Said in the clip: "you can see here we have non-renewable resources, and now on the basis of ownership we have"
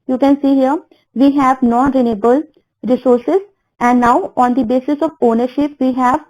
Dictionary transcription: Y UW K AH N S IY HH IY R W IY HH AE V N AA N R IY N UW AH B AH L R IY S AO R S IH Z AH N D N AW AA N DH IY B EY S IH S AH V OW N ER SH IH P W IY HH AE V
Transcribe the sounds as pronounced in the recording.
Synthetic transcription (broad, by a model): Y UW K AH N S IY HH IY R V IY HH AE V N AA N R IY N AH B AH L R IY S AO R S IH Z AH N D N AW AA N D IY B EY S IH S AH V OW N ER SH IH P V IY HH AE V